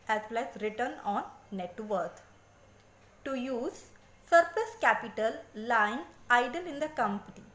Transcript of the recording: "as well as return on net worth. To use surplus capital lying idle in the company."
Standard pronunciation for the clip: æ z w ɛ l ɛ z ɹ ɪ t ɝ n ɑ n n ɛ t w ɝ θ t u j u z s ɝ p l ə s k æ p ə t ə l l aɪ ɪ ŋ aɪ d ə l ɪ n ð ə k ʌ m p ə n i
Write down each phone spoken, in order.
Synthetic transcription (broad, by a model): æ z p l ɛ s ɹ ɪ t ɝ n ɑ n n ɛ t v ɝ t t u j u z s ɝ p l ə s k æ p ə t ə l l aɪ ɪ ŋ aɪ d ə l ɪ n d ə k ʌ m p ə n i